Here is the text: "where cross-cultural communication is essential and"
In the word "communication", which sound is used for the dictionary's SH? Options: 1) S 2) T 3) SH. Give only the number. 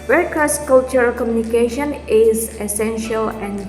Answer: 3